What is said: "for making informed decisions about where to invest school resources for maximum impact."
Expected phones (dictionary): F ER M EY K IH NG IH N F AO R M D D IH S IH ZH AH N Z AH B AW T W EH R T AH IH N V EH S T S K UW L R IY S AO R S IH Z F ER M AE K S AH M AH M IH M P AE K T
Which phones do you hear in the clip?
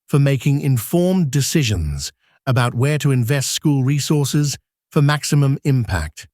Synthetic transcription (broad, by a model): F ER M EY K IH NG IH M F AO R M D D IH S IH ZH AH N Z AH B AW T W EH R T AH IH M V EH S T S K UW L R IY S AO R S IH Z F ER M AE K S AH M AH M IH M P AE K T